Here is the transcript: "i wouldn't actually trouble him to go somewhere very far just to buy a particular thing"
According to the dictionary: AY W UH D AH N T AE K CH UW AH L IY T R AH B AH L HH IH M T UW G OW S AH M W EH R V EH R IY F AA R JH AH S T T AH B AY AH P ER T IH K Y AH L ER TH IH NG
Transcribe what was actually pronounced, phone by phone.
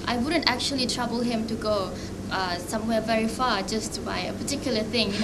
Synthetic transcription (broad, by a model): AY W UH D AH N T AE K CH UW AH L IY T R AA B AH L HH IH M T UW G OW S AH M W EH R V EH R IY F AA JH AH S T T B AY AH P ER T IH K Y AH L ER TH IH NG